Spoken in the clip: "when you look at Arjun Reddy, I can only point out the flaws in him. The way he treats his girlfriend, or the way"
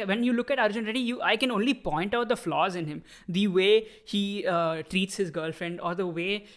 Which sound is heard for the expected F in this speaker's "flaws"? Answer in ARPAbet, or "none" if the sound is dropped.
F